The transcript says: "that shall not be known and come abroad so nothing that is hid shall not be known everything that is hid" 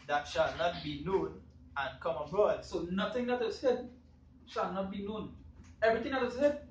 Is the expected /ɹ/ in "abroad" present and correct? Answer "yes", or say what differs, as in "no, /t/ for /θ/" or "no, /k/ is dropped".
yes